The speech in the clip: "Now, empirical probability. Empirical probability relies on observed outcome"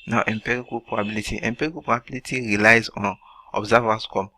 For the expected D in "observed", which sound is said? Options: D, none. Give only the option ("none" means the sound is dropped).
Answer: none